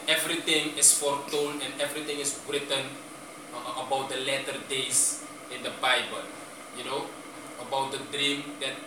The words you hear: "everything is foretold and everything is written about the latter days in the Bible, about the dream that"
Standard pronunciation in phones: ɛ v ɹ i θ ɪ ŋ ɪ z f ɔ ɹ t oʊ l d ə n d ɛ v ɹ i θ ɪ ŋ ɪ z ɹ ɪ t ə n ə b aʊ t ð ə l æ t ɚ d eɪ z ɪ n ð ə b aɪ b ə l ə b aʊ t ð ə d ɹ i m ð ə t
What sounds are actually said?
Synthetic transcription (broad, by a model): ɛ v ɹ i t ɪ ŋ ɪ s f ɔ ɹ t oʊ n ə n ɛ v ɹ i t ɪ ŋ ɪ s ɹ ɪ t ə n ə b aʊ t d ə l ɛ t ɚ d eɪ s ɪ n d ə b aɪ b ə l ə b aʊ t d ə d ɹ i m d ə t